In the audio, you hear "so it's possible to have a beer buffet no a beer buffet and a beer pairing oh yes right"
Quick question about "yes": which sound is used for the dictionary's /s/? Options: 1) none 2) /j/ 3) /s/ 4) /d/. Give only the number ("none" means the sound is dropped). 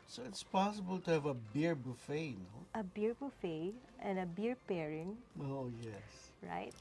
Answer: 3